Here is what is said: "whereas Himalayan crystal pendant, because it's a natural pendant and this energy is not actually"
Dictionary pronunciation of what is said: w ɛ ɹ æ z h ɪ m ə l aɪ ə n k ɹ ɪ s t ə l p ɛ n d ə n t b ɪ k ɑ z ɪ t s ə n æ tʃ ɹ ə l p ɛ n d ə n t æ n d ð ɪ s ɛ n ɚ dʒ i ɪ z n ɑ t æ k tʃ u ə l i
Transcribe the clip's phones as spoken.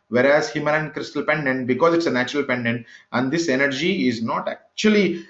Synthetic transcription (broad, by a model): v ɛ ɹ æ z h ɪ m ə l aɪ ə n k ɹ ɪ s t ə l p ɛ n d ə n t b ɪ k ɑ z ɪ t s ə n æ tʃ ɹ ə l p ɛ n d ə n t æ n d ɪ s ɛ n ɚ dʒ i ɪ z n ɑ t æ k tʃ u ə l i